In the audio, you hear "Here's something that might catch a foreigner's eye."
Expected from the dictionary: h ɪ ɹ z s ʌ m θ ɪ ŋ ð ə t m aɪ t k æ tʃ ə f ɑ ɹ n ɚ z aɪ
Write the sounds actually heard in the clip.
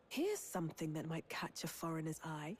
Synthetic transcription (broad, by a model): h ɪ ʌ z s ʌ m θ ɪ ŋ ð ə t m aɪ t k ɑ tʃ ə f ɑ ɹ n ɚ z aɪ